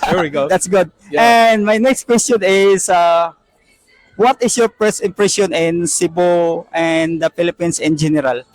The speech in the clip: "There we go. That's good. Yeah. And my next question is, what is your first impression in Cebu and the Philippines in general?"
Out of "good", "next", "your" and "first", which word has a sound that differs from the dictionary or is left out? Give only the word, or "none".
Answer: first